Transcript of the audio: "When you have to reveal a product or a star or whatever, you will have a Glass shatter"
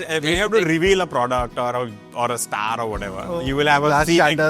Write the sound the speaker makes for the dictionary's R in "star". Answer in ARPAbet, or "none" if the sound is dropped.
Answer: R